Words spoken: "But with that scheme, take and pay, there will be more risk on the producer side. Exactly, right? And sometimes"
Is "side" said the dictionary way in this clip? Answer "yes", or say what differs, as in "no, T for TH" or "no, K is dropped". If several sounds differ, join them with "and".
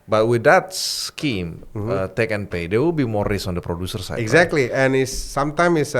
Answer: no, D is dropped